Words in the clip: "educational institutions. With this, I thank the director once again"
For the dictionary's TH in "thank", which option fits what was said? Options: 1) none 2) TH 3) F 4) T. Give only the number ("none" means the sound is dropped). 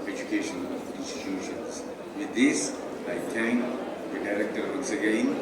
4